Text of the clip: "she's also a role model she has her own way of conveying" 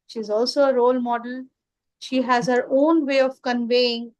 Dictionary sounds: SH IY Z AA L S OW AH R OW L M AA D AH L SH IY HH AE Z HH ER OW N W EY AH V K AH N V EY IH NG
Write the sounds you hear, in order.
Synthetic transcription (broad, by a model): SH IY Z AA L S OW AH R OW L M AA D AH L SH IY HH AE Z HH ER OW N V EY AH V K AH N V EY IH NG